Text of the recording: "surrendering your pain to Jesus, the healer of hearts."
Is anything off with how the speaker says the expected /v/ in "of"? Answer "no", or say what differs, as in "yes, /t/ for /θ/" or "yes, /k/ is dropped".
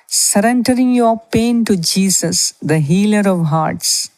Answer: no